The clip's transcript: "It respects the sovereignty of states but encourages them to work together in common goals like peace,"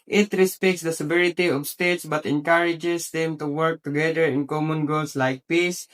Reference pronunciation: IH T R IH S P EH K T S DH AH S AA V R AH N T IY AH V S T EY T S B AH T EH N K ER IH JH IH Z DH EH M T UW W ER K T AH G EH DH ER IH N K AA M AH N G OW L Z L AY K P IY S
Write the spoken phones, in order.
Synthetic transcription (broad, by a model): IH T R IH S P EH K T S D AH S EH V R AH T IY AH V S T EY T S B AH T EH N K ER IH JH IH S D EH M T UW W ER K T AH G EH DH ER IH N K AA M AH N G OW L S L AY K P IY S